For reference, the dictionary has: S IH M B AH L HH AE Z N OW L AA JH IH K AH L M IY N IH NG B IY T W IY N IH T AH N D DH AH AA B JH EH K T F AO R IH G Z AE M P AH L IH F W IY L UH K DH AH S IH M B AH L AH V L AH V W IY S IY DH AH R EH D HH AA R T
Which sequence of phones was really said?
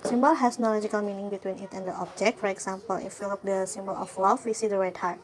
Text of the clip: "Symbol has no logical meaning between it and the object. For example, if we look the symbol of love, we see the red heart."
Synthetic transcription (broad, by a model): S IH M B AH L HH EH S N OW L AA JH IH K AH L M IY N IH NG B IY T W IY N IH T AH N D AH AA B JH EH K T F AO R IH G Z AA M P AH L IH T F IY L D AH S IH M B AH L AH F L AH F W IY S IY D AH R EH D HH AA R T